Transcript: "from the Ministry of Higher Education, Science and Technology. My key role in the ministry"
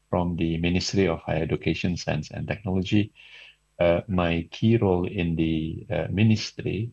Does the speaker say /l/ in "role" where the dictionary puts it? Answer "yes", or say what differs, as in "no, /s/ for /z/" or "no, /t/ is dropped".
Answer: yes